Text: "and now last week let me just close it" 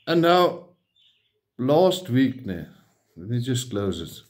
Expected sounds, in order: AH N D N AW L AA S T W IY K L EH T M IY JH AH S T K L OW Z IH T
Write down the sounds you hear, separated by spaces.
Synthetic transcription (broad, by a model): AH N N AW L AA S T W IY K N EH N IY JH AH S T K L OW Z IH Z